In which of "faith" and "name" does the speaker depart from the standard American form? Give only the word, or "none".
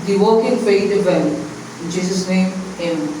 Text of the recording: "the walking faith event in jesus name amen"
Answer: faith